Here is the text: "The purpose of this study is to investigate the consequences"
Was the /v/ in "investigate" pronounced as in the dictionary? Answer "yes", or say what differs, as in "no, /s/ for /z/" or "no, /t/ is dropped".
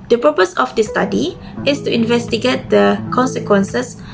yes